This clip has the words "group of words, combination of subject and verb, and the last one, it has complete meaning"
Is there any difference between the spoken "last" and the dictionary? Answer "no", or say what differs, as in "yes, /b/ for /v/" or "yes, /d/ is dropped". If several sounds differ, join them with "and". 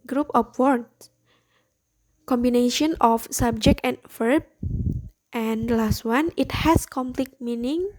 no